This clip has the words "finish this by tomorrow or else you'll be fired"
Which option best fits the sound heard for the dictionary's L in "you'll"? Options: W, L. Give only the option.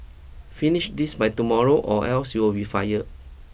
W